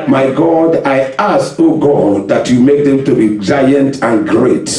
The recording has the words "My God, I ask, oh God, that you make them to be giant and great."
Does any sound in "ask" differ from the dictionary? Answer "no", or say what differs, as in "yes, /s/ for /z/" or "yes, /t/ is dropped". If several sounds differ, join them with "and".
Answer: yes, /k/ is dropped